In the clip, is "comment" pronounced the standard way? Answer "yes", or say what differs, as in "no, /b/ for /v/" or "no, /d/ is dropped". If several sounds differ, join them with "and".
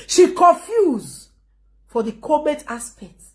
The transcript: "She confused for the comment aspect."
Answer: no, /n/ is dropped